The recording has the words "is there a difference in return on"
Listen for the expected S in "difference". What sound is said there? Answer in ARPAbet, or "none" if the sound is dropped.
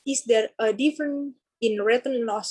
none